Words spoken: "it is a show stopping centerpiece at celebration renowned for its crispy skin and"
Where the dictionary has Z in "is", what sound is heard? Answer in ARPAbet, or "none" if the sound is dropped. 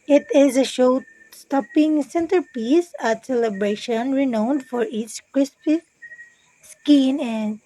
Z